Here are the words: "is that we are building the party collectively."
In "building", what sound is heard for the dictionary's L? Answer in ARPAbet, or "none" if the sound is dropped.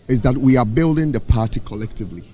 L